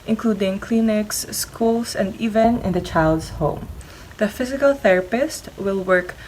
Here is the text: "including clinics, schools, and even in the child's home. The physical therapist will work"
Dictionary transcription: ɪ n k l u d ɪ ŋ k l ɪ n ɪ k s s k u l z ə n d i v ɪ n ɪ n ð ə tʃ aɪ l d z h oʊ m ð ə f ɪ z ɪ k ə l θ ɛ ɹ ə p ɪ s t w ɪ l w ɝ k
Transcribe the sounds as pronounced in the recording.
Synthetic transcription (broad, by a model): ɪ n k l u d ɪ ŋ k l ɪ n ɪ k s s k u l s ə n d i v ɪ n ɪ n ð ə tʃ aɪ l d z h oʊ m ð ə f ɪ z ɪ k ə l θ ɛ ɹ ə p ɪ s t w ɪ l w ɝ k